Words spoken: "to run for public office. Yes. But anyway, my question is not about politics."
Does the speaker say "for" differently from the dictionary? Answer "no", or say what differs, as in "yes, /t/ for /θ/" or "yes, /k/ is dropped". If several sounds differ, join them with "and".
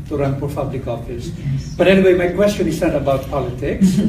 yes, /p/ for /f/